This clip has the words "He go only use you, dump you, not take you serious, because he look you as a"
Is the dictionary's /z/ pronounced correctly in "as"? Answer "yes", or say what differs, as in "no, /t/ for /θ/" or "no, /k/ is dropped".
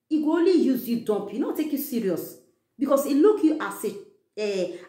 no, /s/ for /z/